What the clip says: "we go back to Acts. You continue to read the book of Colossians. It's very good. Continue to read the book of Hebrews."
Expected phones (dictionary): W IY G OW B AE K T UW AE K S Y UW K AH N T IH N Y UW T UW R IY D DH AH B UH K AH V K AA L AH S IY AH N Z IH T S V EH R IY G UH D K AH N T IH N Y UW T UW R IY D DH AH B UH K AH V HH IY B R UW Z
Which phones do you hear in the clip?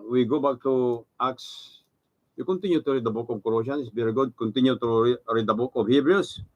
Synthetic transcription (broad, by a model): W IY G OW B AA K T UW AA K S Y UW K AH N T IH N Y UW T UW R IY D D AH B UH K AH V K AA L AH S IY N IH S B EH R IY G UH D K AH N T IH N Y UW T UW R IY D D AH B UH K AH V HH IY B R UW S